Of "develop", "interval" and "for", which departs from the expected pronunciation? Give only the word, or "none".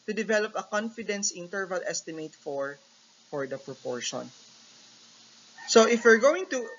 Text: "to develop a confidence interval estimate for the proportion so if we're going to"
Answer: none